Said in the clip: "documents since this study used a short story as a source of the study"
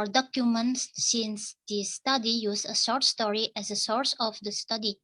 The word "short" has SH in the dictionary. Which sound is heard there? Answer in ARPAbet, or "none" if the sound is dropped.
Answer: S